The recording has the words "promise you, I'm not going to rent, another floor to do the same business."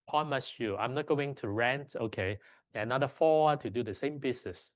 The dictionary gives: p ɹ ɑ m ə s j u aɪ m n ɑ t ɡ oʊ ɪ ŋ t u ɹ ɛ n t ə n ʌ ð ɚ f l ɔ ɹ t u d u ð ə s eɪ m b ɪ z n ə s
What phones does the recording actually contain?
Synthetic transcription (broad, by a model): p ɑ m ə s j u aɪ m n ɑ t ɡ oʊ ɪ ŋ t u ɹ ɛ n t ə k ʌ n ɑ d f ɔ t u d u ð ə s eɪ m b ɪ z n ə s